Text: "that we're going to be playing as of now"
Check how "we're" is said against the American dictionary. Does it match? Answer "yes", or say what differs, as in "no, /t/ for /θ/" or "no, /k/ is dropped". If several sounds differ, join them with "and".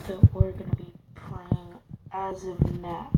yes